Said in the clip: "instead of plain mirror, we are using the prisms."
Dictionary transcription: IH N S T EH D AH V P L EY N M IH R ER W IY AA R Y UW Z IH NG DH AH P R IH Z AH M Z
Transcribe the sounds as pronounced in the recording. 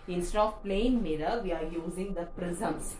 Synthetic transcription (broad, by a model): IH N S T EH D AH F P L EY N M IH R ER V IY AA R Y UW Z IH NG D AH P R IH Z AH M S